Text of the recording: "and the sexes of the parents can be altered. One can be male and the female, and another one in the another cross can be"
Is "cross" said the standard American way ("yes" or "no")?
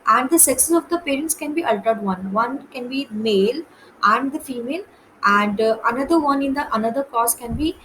no